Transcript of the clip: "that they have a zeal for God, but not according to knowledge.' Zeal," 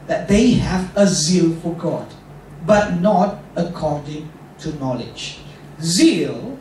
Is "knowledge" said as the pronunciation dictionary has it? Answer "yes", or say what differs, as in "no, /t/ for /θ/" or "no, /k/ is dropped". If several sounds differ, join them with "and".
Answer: yes